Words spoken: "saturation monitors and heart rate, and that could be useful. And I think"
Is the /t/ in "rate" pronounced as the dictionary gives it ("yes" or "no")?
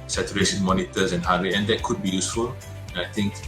no